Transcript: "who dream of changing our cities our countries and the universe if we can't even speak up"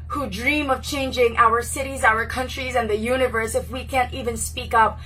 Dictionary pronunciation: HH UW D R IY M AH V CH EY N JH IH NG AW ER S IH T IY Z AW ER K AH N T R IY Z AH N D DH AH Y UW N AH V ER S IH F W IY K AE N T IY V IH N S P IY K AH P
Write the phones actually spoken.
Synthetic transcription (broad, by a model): HH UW D R IY M AH V CH EY N JH IH NG AW ER S IH T IY Z AW ER K AH N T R IY Z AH N DH AH Y UW N AH V ER S IH F W IY K AE N T IY V IH N S P IY K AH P